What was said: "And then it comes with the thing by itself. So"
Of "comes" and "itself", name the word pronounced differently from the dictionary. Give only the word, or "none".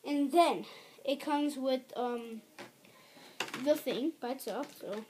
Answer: itself